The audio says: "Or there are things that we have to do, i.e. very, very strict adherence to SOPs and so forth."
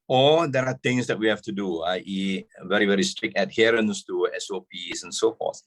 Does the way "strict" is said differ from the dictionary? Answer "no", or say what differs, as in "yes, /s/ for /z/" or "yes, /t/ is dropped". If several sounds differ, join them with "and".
no